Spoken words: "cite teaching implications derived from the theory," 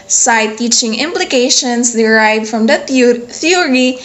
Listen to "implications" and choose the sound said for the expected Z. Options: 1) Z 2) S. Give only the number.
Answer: 2